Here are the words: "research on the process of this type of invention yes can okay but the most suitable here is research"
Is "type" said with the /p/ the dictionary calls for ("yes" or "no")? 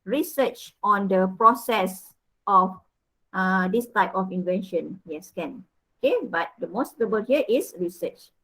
yes